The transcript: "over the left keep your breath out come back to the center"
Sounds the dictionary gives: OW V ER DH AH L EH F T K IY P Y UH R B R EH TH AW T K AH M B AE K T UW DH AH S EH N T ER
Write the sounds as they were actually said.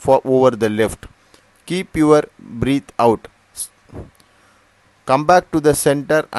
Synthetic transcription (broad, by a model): OW V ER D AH L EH F T K IY P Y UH R B R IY T AW T K AH M B AE K T UW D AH S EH N T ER